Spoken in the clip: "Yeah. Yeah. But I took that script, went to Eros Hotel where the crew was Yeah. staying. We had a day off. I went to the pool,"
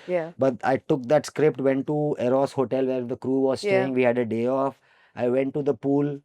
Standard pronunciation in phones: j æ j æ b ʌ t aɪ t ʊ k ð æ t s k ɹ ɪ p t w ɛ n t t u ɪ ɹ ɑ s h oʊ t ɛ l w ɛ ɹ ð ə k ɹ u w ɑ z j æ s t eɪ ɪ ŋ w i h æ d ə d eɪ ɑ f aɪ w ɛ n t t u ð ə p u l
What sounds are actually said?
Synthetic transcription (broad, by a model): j j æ b ʌ t aɪ t ʊ k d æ t s k ɹ ɪ p t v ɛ n t t u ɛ ɹ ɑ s h oʊ t ɛ l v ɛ ɹ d ə k ɹ u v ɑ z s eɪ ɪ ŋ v i h æ d ə d eɪ ɑ f aɪ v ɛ n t t u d ə p u l